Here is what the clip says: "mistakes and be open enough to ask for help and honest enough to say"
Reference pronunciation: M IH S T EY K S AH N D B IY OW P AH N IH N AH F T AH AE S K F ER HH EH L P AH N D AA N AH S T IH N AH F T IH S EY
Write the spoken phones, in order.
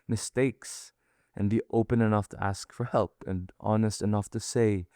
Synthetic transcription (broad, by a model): M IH S T EY K S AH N B IY OW P AH N IH N AH F T AH AE S K F ER HH EH L P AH N AA N AH S T IH N AH F T IH S EY